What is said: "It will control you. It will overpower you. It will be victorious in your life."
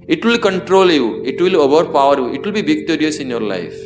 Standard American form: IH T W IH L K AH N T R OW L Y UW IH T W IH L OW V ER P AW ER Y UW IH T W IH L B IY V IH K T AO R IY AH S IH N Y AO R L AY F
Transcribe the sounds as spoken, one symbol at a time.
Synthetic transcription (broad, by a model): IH T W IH L K AH N T R OW L Y UW IH T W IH L OW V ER P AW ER Y UW IH T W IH L B IY B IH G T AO R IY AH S IH N Y AO R L AY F